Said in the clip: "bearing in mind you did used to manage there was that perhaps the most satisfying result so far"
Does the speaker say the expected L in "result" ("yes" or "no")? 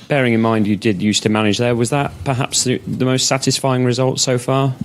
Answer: yes